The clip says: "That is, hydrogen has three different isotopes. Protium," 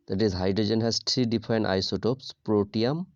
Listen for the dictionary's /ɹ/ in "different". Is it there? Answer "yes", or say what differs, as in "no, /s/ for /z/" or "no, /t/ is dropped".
no, /ɹ/ is dropped